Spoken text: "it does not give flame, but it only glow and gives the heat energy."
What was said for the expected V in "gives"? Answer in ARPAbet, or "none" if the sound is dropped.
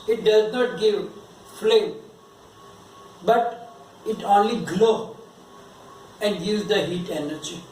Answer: none